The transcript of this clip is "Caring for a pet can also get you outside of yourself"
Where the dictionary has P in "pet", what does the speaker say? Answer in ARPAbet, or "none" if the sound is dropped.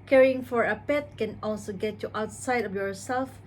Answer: P